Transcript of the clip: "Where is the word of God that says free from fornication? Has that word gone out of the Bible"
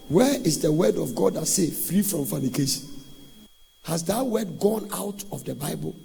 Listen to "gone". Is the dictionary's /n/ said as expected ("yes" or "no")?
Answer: yes